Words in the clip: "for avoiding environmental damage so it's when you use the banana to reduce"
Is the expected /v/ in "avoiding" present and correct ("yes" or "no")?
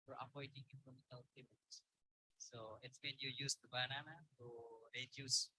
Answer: no